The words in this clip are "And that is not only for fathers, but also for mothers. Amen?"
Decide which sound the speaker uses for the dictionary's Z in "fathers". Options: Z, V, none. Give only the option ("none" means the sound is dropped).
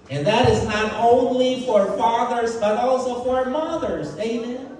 Z